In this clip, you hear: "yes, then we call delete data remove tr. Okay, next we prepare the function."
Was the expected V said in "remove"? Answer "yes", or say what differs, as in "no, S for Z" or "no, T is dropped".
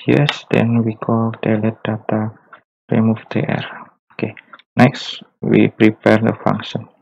no, F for V